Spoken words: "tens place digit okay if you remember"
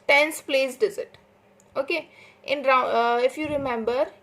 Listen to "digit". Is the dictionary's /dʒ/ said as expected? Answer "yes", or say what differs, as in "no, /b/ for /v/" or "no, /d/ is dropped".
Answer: no, /z/ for /dʒ/